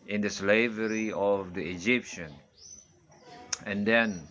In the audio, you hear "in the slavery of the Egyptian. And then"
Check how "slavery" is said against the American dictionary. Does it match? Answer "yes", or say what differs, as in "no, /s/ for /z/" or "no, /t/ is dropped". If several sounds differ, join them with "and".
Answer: yes